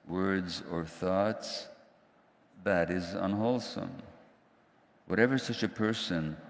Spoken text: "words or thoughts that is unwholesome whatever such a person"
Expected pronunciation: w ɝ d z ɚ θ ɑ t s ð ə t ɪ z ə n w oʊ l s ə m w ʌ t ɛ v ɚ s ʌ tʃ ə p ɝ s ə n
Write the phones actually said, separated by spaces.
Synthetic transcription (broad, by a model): w ɝ d z ɚ θ ɑ t s ð ə t ɪ z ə n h oʊ l s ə m w ʌ t ɛ v ɚ s ʌ tʃ ə p ɝ s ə n